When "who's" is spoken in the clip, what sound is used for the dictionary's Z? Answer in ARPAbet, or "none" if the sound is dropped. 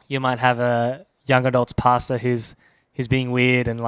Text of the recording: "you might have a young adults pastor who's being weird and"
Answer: Z